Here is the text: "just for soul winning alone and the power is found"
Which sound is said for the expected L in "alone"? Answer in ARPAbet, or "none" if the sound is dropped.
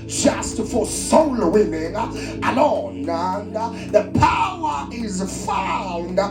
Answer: N